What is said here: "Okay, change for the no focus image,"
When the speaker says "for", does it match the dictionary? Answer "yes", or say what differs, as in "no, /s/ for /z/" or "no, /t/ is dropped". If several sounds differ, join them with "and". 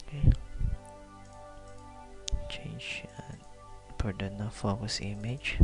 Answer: no, /p/ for /f/